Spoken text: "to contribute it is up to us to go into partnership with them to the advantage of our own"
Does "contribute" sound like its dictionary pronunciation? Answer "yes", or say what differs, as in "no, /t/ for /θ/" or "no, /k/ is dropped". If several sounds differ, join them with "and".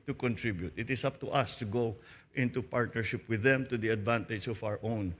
yes